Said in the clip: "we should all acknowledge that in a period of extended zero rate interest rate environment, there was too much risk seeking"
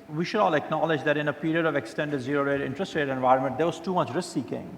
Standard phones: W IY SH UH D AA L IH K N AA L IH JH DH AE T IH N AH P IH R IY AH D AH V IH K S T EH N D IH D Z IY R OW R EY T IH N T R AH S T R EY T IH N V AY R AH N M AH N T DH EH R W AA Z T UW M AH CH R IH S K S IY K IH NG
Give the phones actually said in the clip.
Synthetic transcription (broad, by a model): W IY SH UH D AA L IH K N AA L IH JH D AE T IH N AH P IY R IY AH D AH V IH K S T EH N D IH D Z IY R OW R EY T IH N T R AH S T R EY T IH N V AY R AH N M AH N T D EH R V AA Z T UW M AH CH R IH S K S IY K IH NG